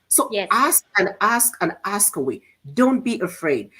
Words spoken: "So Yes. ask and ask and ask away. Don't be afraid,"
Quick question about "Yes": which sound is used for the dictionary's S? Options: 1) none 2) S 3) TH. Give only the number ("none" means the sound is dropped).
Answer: 1